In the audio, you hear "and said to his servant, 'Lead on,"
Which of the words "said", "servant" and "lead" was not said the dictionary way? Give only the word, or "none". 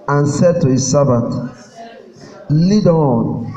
servant